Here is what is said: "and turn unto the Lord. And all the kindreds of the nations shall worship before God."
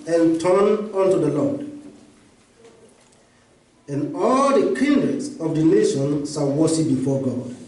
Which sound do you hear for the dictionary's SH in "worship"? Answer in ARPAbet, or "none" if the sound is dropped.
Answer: S